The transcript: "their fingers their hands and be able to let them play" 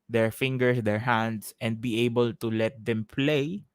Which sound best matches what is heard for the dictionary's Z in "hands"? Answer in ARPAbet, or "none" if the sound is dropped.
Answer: S